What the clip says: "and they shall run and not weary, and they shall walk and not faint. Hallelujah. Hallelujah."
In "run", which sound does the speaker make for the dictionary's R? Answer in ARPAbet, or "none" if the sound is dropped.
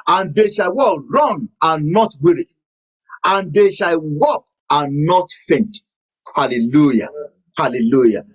W